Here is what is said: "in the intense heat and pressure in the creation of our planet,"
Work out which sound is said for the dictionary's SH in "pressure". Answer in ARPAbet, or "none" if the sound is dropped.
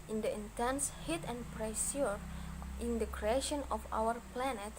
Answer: S